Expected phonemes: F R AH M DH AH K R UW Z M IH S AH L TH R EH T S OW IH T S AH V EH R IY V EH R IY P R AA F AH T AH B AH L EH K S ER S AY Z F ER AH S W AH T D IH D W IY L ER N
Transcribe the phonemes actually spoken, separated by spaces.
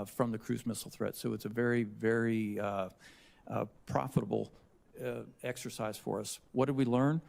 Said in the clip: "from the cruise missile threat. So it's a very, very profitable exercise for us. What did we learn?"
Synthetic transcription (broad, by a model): F R AH M DH AH K R UW Z M IH S L TH R EH T S OW IH T S AH V EH R IY V EH R IY P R AA F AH T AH B L EH K S ER S AY Z F ER AH S W AH T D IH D W IY L ER N